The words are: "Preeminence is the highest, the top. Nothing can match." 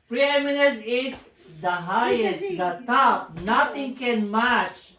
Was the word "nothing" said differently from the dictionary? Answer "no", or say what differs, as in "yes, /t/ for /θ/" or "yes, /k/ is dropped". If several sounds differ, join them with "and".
yes, /t/ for /θ/